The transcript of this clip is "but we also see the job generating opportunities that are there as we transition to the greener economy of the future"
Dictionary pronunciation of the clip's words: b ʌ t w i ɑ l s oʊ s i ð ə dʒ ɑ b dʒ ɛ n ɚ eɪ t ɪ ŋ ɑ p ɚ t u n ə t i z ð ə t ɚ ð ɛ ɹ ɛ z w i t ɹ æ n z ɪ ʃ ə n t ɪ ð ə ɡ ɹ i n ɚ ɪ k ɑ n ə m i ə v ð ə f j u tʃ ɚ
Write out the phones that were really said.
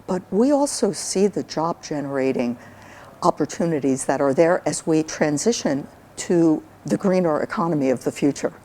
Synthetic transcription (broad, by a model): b ʌ t w i ɑ l s oʊ s i ð ə dʒ ɑ b dʒ ɛ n ɚ eɪ t ɪ ŋ ɑ p ɚ t u n ə t i z ð ə t ɚ ð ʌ ɹ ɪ z w i t ɹ æ n z ɪ ʃ ə n t ɪ ð ə ɡ ɹ i n ɚ ɪ k ɑ n ə m i ə v ð ə f j u tʃ ɚ